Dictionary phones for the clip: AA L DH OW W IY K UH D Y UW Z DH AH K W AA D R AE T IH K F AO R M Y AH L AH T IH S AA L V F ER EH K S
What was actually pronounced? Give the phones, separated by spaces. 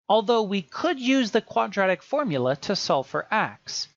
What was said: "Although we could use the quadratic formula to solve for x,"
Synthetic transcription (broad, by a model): AA L DH OW W IY K UH D Y UW Z DH AH K W AA D R AE T IH K F AO R M Y L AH T IH S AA L F ER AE K S